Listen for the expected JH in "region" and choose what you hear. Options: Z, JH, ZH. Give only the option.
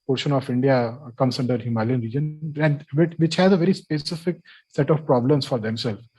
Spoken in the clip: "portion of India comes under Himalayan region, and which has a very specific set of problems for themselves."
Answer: JH